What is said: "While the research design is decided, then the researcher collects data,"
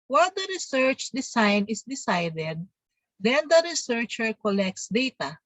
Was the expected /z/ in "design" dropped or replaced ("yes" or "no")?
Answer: yes